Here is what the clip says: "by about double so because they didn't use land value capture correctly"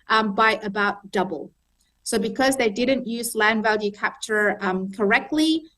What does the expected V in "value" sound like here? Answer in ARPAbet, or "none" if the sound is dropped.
V